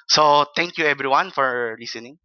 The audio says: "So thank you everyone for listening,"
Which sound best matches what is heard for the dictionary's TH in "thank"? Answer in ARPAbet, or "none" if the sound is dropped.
T